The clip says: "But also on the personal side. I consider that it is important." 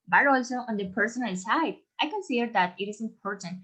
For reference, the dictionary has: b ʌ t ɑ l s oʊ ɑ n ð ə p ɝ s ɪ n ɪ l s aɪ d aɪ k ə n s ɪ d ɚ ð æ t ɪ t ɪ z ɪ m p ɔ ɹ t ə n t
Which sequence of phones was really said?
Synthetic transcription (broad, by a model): b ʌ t ɑ l s oʊ ɑ n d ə p ɝ s ɪ n ɪ l s aɪ d aɪ k ə n s ɪ d ɚ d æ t ɪ t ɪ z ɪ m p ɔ ɹ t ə n